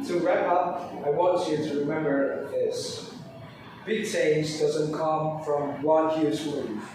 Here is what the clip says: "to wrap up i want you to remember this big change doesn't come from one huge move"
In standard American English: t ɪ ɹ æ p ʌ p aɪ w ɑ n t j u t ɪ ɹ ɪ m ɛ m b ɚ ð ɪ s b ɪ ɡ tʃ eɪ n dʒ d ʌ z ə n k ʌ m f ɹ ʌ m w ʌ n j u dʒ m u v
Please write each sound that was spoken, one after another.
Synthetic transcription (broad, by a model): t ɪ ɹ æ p ʌ p aɪ w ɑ n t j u t ɪ ɹ ɪ m ɛ m b ɚ ð ɪ s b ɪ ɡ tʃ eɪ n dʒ d ʌ z ə n k ʌ m f ɹ ʌ m w ʌ n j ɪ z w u